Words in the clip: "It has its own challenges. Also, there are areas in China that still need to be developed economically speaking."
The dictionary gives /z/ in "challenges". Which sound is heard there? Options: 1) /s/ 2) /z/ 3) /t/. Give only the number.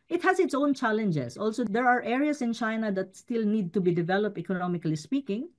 1